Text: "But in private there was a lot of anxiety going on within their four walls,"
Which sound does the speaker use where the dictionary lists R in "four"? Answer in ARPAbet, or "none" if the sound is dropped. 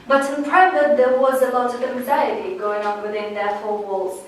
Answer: L